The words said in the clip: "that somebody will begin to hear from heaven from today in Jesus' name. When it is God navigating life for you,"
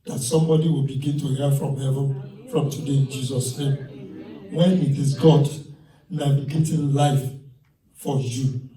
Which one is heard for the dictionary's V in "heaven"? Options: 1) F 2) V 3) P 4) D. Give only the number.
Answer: 2